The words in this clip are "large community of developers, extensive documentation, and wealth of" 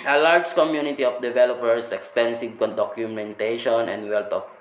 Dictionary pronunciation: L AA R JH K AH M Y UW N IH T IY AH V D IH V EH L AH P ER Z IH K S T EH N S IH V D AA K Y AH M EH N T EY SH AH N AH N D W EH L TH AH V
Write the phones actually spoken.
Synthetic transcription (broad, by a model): L AA R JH K AH M Y UW N IH T IY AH F D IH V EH L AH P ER S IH K S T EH N S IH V D AA K Y AH M EH N T EY SH AH N AH N D W EH L T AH